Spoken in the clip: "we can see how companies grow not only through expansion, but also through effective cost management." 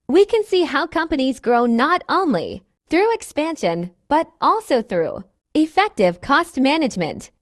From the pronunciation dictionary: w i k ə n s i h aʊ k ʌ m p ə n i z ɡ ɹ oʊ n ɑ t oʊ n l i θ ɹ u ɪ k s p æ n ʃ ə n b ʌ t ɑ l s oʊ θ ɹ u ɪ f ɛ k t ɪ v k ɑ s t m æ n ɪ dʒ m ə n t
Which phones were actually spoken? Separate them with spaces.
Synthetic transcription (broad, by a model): w i k ə n s i h aʊ k ʌ m p ə n i z ɡ ɹ oʊ n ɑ t oʊ n l i θ ɹ u ɪ k s p æ n ʃ ə n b ʌ t ɑ l s oʊ θ ɹ u ɪ f ɛ k t ɪ v k ɑ s t m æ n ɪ dʒ m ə n t